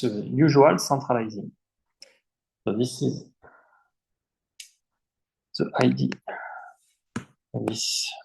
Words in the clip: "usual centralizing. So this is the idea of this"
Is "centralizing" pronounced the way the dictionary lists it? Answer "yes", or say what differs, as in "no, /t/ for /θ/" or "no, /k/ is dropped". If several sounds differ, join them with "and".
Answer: no, /n/ is dropped